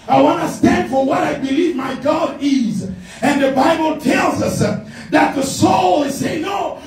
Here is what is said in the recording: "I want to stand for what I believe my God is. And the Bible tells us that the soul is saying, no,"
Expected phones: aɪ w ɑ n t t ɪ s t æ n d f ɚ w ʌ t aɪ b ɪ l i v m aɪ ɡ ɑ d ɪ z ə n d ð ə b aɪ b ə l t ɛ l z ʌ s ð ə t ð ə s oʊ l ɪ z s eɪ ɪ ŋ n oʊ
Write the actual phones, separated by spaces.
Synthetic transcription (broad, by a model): aɪ w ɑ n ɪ s t æ n d f ɚ w ʌ t aɪ b ɪ l i v m aɪ ɡ ɑ d ɪ z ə n ð ə b aɪ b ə l t ɛ l z ʌ s ð ə t ð ə s oʊ l ɪ z s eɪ ɪ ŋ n oʊ